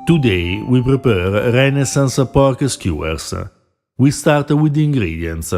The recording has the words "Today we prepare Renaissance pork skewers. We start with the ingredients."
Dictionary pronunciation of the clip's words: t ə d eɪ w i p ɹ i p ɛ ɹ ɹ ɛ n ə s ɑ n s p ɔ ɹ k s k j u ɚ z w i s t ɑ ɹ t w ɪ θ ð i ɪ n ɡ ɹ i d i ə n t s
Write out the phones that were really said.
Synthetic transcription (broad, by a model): t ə d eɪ w i p ɹ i p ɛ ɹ ɹ ɛ n ə s ɑ n s p ɔ ɹ k s k j u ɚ s w i s t ɑ ɹ t w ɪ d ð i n ɡ ɹ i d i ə n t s